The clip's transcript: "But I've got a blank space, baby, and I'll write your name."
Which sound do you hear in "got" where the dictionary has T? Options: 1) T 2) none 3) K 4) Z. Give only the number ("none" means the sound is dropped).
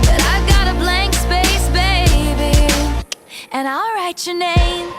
1